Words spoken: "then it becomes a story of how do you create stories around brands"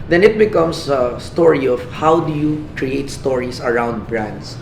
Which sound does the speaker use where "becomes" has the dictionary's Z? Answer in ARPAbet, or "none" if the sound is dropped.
S